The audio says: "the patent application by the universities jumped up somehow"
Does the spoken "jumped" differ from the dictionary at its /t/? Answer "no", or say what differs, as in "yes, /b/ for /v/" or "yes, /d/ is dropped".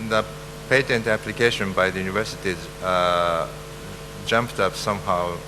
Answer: no